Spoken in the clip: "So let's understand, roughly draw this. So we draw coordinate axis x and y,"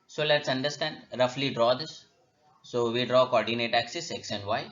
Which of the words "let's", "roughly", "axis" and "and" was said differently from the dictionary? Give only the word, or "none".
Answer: none